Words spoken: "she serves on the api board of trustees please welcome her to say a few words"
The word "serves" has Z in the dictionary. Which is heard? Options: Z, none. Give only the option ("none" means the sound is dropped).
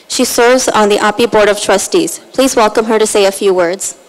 Z